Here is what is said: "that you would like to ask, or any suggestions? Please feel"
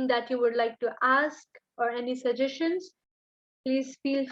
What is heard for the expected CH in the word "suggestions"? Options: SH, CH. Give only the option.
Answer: SH